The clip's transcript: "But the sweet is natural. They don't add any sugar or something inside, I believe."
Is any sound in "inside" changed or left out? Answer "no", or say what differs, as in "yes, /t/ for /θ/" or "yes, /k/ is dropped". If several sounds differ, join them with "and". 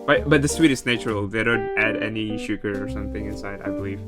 no